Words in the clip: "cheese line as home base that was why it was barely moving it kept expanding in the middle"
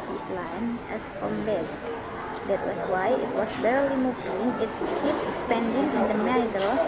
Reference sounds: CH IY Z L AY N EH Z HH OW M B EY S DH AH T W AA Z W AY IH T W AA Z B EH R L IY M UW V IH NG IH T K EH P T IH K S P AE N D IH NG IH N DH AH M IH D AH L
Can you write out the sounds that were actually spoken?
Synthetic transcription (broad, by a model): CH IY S L AY N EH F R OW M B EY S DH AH T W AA S W AY IH T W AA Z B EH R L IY M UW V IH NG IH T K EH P IH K S P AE N D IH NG IH N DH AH M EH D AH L